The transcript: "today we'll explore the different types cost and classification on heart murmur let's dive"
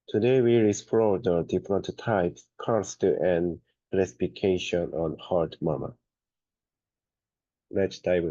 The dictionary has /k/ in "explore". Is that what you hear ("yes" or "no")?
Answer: no